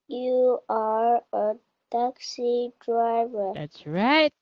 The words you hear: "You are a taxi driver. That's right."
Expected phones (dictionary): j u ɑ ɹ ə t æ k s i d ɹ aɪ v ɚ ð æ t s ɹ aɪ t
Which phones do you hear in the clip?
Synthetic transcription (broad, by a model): j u ɑ ɹ ə t æ k s i d ɹ aɪ v ɚ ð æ t s ɹ aɪ t